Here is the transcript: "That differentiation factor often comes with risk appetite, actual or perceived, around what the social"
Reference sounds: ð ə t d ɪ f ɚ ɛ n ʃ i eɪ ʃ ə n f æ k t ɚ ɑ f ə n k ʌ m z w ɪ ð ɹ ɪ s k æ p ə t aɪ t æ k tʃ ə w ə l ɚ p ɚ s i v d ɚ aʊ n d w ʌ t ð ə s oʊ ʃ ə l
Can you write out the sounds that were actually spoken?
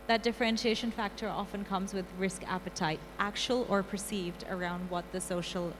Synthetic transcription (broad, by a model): ð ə t d ɪ f ɚ ɛ n ʃ i eɪ ʃ ə n f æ k t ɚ ɑ f ə n k ʌ m z w ɪ ð ɹ ɪ s k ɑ p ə t aɪ t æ k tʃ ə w ə l ɚ p ɚ s i v d ɚ aʊ n d w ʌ t ð ə s oʊ ʃ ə l